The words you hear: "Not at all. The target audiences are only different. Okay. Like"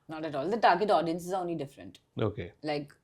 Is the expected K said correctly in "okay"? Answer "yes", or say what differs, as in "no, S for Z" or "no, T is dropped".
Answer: yes